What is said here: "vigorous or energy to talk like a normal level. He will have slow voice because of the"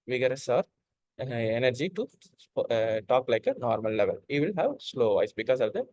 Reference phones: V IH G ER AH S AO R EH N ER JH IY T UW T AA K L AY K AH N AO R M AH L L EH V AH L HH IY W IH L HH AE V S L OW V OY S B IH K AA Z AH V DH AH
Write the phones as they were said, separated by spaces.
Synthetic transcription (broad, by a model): V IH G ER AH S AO R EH N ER JH IY T UW T AA K L AY K AH N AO R M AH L L EH V AH L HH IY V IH L HH AE V S L OW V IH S B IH K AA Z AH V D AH